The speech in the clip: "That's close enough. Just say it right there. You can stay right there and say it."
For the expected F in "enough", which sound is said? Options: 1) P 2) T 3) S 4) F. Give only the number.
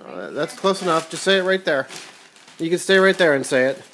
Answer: 4